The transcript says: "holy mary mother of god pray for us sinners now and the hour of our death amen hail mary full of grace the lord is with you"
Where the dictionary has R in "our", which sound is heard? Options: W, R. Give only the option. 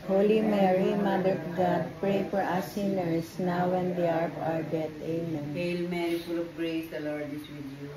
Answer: R